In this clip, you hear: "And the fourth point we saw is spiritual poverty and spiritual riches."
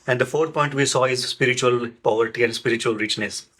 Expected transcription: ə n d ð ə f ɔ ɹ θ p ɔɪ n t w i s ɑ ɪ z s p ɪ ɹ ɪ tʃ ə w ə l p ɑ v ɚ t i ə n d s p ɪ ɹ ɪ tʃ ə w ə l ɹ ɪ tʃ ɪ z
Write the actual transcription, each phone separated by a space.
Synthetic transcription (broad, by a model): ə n d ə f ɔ ɹ t p ɔɪ n t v i s ɑ ɪ z s p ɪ ɹ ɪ tʃ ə ə l p ɑ v ɚ t i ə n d s p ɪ ɹ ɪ tʃ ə ə l ɹ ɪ tʃ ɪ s